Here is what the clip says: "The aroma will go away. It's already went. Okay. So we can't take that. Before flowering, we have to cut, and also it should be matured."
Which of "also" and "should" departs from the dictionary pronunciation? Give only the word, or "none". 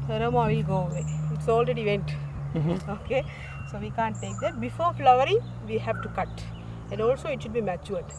none